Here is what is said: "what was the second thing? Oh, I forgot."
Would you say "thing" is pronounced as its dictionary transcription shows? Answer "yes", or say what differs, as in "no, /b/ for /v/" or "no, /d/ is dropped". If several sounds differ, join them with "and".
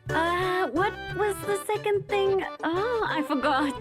yes